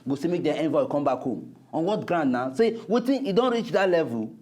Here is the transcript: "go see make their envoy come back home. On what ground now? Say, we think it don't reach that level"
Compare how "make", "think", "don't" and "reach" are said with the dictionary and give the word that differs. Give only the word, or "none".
think